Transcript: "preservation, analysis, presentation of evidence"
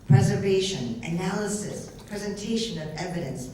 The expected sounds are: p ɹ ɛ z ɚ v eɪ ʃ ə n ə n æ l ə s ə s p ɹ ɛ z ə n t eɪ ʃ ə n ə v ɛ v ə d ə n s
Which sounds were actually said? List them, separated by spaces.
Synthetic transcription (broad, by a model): p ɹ ɛ z ɚ v eɪ ʃ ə n ə n æ l ə s ə s p ɹ ɛ z ə n t eɪ ʃ ə n ə v ɛ v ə d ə n s